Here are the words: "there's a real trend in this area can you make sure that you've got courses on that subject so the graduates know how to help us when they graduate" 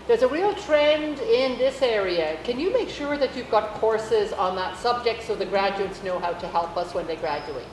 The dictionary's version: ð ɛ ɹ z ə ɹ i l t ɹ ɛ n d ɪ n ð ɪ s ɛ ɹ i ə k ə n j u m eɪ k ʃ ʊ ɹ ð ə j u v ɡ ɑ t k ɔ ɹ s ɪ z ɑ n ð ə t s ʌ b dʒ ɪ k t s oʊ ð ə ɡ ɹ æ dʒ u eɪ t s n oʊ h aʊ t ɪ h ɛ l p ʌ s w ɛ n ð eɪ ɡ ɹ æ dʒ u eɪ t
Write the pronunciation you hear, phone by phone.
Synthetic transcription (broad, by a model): ð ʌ ɹ z ə ɹ i l t ɹ ɛ n d ɪ n ð ɪ s ɛ ɹ i ə k ə n j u m eɪ k ʃ ʊ ɹ ð ə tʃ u v ɡ ɑ t k ɔ ɹ s ɪ z n ð ə t s ʌ b dʒ ɪ k t s oʊ ð ə ɡ ɹ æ dʒ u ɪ t s n oʊ h aʊ t ɪ h ɛ l p ʌ s w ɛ n ð eɪ ɡ ɹ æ dʒ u eɪ t